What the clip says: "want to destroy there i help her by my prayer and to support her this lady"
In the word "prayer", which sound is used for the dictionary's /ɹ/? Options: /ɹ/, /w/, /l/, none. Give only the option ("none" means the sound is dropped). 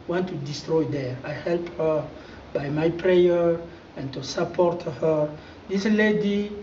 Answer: /ɹ/